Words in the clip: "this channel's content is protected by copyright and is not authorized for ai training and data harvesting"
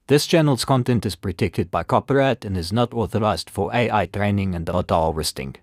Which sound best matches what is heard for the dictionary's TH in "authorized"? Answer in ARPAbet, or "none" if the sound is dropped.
TH